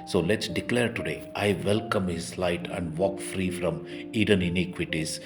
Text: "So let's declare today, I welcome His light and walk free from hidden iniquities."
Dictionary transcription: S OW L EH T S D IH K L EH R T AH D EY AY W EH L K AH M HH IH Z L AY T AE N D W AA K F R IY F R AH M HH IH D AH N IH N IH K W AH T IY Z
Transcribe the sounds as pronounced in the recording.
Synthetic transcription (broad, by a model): S OW L EH T S D IH K L EH R T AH D EY AY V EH L K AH M HH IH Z L AY T AE N D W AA K F R IY F R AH M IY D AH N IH N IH K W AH T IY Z